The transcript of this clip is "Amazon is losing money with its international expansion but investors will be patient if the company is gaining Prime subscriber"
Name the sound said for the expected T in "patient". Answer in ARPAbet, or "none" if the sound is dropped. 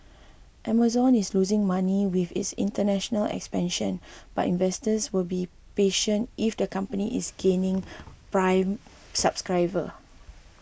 T